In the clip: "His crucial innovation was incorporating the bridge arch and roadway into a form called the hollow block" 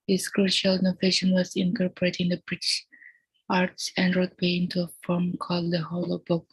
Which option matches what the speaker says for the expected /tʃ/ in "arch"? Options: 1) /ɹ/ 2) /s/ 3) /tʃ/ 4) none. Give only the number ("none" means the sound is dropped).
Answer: 2